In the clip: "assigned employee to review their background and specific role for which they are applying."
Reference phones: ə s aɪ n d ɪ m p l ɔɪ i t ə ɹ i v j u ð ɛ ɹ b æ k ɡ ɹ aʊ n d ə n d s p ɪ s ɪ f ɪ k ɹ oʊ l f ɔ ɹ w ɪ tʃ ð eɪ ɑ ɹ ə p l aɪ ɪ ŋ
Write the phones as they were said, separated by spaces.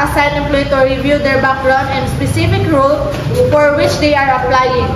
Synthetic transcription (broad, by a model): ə s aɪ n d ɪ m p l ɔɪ t ə ɹ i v j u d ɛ ɹ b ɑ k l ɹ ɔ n ə n d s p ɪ s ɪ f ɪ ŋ ɹ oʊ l f ɔ ɹ w ɪ tʃ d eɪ ɑ ɹ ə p l aɪ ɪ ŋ